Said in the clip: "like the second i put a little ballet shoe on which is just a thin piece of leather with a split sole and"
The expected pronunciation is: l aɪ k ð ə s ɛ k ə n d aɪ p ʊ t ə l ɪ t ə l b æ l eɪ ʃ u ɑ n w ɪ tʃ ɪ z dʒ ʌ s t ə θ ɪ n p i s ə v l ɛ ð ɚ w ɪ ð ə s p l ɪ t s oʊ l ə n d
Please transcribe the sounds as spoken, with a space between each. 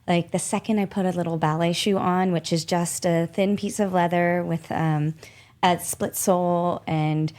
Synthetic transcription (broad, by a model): l aɪ k ð ə s ɛ k ə n d aɪ p ʊ t ə l ɪ t l b æ l eɪ ʃ u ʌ n w ɪ tʃ ɪ z dʒ ʌ s t ə θ ɪ n p i s ə v l ɛ ð ɚ w ɪ ð ə s p l ɪ t s oʊ l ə n